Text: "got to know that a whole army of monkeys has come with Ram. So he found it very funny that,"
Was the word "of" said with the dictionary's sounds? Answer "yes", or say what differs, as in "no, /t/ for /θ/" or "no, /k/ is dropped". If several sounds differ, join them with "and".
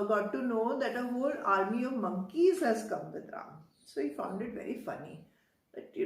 yes